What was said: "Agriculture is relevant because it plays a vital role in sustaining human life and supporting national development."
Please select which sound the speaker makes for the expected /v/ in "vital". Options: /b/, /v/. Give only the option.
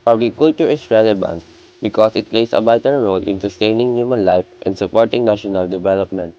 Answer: /b/